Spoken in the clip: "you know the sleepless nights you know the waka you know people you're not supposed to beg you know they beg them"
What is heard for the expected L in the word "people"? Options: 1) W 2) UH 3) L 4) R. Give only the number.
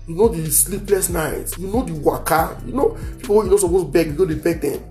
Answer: 1